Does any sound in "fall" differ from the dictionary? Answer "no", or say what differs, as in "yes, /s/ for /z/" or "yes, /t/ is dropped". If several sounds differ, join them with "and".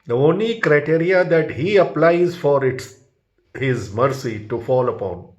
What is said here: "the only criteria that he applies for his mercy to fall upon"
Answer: no